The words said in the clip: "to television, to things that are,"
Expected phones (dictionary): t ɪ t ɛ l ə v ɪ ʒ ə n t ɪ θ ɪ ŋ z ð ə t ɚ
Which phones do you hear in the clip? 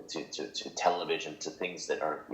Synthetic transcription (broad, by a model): t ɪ t ɛ l ə v ɪ ʒ ə n t ɪ θ ɪ ŋ z ð ə t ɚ